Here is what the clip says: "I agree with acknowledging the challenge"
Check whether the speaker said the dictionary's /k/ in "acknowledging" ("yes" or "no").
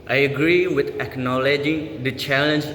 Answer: yes